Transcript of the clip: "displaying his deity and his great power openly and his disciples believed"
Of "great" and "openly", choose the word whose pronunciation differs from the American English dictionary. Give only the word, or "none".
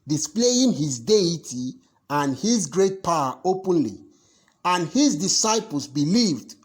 none